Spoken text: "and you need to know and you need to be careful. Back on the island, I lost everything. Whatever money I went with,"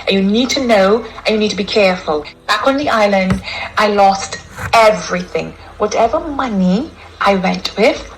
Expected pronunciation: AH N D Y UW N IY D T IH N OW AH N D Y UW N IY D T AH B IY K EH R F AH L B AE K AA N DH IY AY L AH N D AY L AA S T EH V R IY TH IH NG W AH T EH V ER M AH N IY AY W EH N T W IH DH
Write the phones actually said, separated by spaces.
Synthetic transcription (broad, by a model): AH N Y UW N IY D T IH N OW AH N Y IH N IY D T AH B IY K EH R F AH L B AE K N DH IY AY L AH N D AY L AA S T EH V R IY TH IH NG W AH T EH V ER M AH N IY AY W EH N T W IH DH